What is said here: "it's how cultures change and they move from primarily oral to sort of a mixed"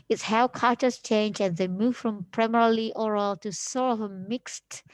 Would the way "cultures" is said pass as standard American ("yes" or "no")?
no